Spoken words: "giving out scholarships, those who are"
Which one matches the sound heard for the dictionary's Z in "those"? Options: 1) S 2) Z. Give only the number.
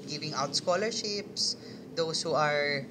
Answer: 1